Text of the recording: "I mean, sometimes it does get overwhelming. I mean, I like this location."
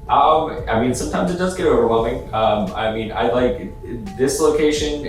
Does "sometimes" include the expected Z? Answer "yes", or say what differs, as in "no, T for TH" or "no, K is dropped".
yes